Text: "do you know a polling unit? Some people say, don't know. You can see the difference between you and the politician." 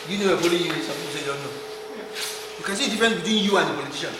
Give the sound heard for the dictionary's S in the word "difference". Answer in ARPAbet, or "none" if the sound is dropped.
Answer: none